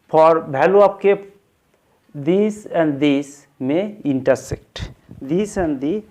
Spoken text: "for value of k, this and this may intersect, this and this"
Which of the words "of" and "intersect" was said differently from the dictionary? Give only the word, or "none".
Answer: of